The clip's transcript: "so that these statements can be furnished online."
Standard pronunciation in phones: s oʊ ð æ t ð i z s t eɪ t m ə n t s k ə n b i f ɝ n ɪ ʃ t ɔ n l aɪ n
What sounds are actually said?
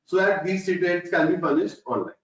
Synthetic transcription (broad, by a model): s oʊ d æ t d i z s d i t ə l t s k ə n b i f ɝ n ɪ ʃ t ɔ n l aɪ